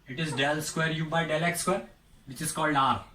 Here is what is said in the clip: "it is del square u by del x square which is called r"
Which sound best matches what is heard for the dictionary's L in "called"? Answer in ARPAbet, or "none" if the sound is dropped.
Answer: L